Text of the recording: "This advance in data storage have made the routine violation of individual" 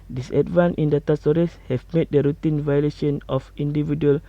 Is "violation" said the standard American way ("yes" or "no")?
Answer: yes